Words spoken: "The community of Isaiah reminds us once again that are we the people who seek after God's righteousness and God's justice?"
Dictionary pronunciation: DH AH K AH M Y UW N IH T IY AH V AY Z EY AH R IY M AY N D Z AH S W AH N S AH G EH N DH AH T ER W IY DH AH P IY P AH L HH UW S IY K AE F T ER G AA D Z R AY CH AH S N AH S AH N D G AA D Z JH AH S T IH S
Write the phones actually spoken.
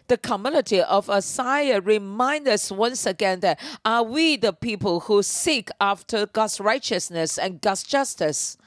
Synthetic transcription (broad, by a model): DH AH K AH M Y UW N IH T IY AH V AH S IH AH R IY M AY N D AH S W AH N S AH G EH N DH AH T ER W IY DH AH P IY P AH L HH UW S IY K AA F T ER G AA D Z R AY CH AH S N AH S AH N G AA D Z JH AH S T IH S